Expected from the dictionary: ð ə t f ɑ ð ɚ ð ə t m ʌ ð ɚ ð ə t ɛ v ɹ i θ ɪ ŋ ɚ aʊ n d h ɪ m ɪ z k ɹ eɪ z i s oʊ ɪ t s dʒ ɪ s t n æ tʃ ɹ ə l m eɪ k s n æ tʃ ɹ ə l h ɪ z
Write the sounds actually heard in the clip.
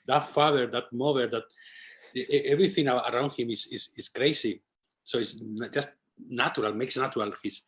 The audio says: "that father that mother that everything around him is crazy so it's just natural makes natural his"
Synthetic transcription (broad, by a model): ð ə t f ɑ ð ɚ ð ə t m ʌ ð ɚ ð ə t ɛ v ɹ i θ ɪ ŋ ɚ aʊ n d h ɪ m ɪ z k ɹ eɪ s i s oʊ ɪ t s dʒ ɪ s t n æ tʃ ɹ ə l m eɪ k s n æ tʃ ɹ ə l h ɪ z